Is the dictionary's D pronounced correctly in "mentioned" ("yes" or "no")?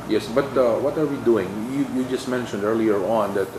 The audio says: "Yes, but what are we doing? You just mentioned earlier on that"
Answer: yes